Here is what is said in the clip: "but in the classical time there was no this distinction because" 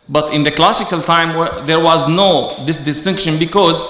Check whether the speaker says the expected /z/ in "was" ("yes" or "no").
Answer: yes